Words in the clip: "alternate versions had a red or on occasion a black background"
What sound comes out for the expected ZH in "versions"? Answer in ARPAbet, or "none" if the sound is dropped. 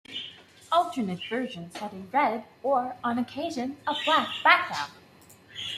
ZH